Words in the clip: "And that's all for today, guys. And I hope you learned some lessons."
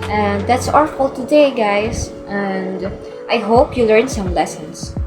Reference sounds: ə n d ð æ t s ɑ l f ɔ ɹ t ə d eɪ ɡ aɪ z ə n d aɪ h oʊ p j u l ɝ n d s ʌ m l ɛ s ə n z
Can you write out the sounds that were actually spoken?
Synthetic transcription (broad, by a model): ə n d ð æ t s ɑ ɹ f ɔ l t ə d eɪ ɡ aɪ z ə n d aɪ h oʊ p j u l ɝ n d s ʌ m l ɛ s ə n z